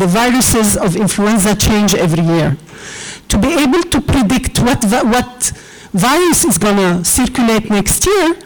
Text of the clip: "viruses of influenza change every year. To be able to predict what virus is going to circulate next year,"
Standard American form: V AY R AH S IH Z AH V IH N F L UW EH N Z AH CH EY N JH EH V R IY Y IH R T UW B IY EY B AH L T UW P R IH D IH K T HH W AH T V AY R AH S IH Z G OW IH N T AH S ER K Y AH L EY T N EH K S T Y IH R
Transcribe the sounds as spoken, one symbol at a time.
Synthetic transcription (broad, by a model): V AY R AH S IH Z AH V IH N F L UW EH N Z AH CH EY N JH EH V R IY Y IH R T UW B IY EY B AH L T UW P R IH D IH K T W W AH T V AY R AH S IH Z G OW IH N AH S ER K Y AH L EY T N EH K S T Y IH R